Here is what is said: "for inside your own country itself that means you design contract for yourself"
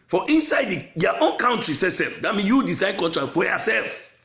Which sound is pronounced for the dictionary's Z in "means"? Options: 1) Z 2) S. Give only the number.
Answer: 2